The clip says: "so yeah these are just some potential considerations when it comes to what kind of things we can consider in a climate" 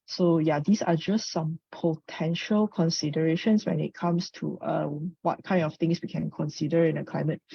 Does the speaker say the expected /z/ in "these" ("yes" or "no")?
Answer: no